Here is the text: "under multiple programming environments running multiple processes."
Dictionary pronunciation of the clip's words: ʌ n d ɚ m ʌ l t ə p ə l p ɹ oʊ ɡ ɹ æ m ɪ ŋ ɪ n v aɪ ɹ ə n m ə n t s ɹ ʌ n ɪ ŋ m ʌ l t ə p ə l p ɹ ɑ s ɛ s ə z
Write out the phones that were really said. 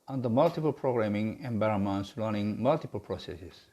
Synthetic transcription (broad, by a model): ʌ n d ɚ m ʌ l t ə p ə l p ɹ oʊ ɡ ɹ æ m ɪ ŋ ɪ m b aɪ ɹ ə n m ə n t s l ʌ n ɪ ŋ m ʌ l t ə p ə l p ɹ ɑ s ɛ s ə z